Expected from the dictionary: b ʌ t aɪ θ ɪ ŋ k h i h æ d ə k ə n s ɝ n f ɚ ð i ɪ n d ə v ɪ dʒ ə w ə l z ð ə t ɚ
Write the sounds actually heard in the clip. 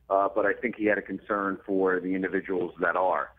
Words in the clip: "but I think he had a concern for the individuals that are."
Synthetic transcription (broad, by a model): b ʌ t aɪ θ ɪ ŋ k h i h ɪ d ə k n s ɝ n f ɚ ð i ɪ n d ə v ɪ dʒ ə w l z ð ə t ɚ